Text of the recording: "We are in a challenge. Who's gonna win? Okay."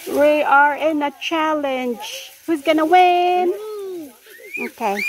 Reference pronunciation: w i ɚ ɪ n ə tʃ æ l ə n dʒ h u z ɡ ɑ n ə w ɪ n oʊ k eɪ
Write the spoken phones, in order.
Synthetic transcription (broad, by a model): w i ɚ ɪ n ə tʃ æ l ə n dʒ h u z ɡ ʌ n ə w ɪ n oʊ k eɪ